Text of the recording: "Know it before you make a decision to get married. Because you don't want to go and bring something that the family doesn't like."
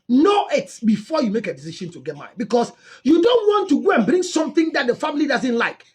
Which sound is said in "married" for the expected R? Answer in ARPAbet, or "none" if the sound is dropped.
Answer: none